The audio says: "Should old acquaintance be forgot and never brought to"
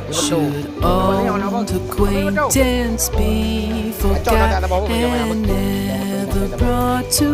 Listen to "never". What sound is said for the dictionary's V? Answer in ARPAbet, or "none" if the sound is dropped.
V